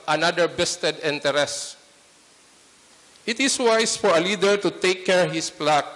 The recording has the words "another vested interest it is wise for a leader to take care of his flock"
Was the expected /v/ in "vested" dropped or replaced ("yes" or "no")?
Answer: yes